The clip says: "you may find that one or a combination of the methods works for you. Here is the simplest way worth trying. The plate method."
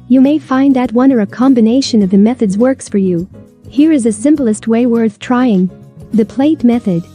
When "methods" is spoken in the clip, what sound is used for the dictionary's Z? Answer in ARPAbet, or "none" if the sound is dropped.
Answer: Z